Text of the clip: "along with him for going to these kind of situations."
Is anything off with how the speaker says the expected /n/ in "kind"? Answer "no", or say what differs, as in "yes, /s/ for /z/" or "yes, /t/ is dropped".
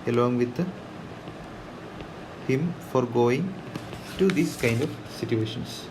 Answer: no